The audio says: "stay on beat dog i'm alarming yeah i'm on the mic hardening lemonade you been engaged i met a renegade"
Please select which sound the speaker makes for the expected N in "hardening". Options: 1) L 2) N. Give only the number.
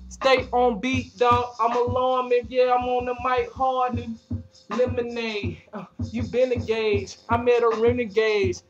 1